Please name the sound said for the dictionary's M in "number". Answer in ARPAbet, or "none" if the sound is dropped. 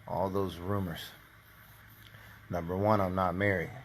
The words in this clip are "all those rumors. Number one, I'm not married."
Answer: M